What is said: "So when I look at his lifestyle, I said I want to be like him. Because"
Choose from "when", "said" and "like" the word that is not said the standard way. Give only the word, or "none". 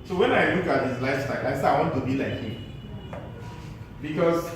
said